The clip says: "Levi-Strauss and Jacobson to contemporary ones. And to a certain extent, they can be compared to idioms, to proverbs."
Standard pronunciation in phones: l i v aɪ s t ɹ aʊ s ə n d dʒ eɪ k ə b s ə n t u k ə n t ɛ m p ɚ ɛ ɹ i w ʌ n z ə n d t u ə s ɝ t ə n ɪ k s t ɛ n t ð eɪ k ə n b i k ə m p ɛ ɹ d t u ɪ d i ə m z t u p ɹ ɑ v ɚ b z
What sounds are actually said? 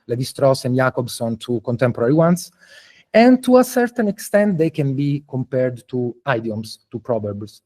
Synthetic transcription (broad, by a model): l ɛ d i s t ɹ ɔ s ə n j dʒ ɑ k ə b s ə n t u k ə n t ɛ m p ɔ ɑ ɹ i w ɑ n s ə n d t u ə s ɝ t ə n ɪ k s t ɛ n t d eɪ k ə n b i k ə m p ɛ ɹ d t u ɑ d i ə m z t u p ɹ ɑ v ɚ b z